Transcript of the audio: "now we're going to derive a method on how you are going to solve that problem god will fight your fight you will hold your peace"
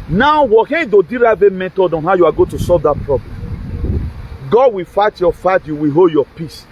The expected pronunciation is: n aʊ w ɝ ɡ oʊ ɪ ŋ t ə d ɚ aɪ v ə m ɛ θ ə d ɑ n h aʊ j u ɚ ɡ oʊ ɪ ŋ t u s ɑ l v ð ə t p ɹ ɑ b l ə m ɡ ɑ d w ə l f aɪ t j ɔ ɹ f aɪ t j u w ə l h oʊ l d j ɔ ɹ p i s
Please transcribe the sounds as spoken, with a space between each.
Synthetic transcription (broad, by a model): n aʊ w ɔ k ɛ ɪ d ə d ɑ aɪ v ə m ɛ t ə d ɑ n h aʊ j u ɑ ɡ oʊ t u s ɑ l v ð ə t p ɹ ɑ b l ə m ɡ ɑ d w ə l f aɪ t j ɔ f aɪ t j u w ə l h oʊ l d j ɔ p i s